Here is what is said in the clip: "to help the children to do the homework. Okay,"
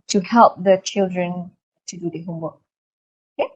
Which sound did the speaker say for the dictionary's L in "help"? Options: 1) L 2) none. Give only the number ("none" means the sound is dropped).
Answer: 1